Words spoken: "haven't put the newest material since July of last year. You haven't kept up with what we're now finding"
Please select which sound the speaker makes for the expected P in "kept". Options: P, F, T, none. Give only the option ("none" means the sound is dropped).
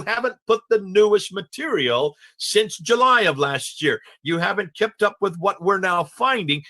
P